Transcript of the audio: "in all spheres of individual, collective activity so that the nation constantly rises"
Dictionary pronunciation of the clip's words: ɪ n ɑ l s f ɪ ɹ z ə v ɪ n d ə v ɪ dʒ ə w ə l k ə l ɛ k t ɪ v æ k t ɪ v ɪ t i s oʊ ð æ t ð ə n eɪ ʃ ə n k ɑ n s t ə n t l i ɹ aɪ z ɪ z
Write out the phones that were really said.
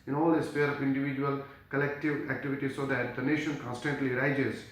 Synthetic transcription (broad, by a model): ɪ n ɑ l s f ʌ ɹ ə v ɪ n d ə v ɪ dʒ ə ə l k ə l ɛ k t ɪ v æ k t ɪ v ɪ t i s oʊ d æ t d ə n eɪ ʃ ə n k ɑ n s t ə n t l i ɹ aɪ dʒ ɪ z